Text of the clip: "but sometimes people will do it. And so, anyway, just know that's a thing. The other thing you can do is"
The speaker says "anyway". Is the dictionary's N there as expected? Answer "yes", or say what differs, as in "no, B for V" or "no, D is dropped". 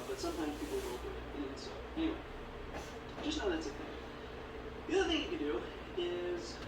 no, N is dropped